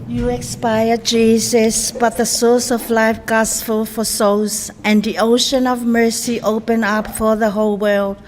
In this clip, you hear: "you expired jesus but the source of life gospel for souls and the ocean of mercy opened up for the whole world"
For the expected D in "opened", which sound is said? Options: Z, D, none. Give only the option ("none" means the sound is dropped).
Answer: none